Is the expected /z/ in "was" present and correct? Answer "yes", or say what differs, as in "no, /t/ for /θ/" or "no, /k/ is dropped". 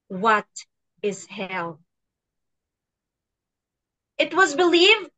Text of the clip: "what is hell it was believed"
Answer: yes